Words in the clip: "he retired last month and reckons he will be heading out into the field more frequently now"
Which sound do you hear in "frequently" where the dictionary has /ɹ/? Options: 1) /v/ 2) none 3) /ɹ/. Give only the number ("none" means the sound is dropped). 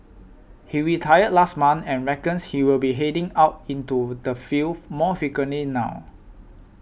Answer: 2